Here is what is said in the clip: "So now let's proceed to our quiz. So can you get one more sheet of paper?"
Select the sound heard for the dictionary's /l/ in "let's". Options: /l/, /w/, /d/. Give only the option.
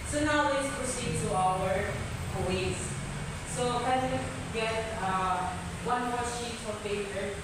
/w/